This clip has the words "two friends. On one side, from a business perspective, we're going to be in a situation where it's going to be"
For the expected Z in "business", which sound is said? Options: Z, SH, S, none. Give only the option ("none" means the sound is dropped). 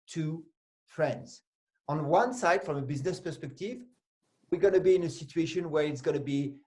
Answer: Z